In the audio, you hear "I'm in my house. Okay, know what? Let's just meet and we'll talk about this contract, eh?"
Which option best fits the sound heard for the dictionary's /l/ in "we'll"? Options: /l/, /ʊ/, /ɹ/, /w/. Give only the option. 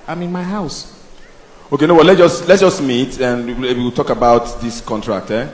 /w/